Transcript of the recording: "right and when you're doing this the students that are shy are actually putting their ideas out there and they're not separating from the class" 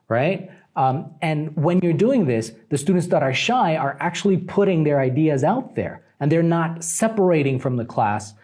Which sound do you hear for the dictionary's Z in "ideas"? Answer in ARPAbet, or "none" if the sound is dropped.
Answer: Z